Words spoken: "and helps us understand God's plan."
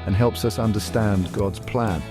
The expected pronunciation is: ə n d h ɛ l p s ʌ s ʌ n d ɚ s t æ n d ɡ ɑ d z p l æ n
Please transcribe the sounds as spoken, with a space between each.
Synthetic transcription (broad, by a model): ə n h ɛ l p s ʌ s ʌ n d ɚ s t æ n ɡ ɑ d z p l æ n